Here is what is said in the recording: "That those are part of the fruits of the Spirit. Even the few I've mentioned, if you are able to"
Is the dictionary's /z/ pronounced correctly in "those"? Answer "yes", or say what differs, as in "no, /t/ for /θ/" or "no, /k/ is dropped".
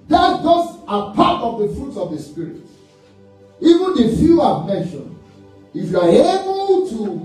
no, /s/ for /z/